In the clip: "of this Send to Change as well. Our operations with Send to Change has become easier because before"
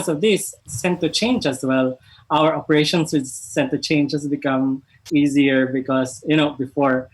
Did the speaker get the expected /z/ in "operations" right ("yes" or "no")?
no